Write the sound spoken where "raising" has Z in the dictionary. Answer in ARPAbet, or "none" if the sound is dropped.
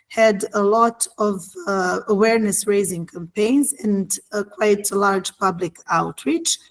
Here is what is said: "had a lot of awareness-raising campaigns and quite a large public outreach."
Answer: Z